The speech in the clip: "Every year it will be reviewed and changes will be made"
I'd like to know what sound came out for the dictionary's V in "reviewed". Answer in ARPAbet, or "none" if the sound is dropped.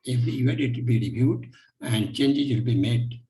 B